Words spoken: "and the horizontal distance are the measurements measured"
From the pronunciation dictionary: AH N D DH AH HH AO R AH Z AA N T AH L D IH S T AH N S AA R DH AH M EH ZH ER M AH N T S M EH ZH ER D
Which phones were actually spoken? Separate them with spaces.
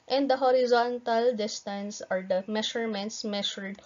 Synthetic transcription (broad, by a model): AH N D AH HH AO R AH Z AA N T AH L D IH S T AH N S AA R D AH M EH SH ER M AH N T S M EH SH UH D